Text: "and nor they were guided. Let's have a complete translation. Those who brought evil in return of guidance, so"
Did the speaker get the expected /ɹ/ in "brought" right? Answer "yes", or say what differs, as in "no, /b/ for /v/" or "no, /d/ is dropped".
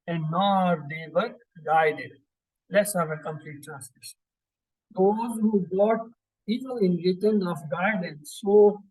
no, /ɹ/ is dropped